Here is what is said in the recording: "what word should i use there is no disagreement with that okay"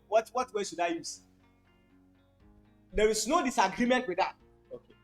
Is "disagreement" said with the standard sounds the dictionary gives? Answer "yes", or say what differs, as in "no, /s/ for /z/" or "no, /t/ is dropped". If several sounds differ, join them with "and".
yes